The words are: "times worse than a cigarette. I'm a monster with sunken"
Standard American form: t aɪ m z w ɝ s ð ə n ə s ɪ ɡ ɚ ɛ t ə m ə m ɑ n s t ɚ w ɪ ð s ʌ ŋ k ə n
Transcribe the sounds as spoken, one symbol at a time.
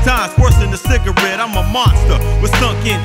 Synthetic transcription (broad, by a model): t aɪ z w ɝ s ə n ə s ɪ ɡ ɚ ɛ t ə m ə m ɑ n s t ɚ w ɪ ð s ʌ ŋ k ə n